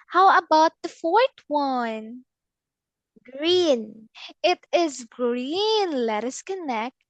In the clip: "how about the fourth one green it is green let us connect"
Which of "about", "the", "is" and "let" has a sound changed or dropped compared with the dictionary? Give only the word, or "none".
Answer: none